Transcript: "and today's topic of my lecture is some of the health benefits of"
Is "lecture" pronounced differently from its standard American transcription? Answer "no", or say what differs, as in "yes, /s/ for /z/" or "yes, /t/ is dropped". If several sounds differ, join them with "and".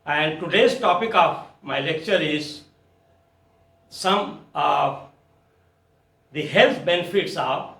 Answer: no